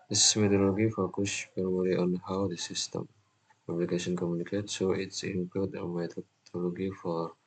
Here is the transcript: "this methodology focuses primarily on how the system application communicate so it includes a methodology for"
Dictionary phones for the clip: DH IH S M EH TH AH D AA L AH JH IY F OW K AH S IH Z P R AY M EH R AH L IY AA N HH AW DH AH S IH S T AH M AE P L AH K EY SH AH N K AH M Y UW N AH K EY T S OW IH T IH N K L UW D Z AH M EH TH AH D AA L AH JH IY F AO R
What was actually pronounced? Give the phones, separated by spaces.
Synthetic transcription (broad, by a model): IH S M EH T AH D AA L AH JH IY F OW K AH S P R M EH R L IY AA N HH AW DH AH S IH S T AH M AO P L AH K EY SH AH N K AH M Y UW N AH K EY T S OW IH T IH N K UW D AH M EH T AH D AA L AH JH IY F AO R